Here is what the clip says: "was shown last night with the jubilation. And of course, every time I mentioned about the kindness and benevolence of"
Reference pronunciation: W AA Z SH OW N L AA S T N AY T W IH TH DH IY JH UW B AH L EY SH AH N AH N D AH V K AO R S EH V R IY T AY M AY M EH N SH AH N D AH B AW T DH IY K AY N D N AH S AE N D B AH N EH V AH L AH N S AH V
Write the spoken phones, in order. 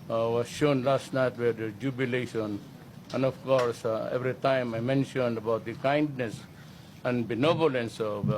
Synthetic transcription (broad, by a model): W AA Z SH OW N L AA S T N AY T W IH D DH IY JH UW B AH L EY SH AH N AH N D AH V K AO R S EH V R IY T AY M AY M EH N SH AH N D AH B AW T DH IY K AY N D N AH S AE N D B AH N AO B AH L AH N S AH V